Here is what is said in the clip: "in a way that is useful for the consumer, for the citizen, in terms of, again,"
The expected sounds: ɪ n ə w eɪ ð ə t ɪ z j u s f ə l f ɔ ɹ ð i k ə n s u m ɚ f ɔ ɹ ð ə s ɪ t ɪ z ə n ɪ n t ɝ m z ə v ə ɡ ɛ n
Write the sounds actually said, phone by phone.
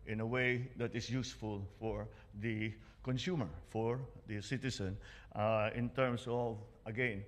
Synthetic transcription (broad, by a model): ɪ n ə w eɪ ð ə t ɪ s j u s f ə l f ɔ ɹ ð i k ə n s u m ɚ f ɔ ɹ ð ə s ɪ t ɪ s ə n ɪ n t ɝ m s ə v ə ɡ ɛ n